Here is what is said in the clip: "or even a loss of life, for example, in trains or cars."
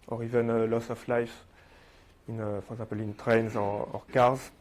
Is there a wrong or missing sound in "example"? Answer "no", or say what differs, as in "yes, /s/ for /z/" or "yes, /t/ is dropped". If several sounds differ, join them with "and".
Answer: yes, /m/ is dropped